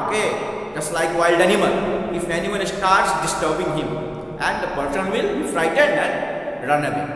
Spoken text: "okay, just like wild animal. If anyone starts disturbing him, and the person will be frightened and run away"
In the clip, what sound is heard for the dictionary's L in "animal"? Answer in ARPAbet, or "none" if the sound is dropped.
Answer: N